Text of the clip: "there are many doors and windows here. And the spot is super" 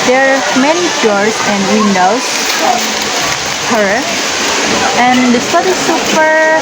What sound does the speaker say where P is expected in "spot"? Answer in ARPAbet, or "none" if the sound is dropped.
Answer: none